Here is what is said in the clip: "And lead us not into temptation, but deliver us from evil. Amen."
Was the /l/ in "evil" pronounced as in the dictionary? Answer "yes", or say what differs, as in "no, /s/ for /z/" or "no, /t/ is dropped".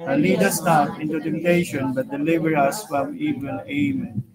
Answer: no, /n/ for /l/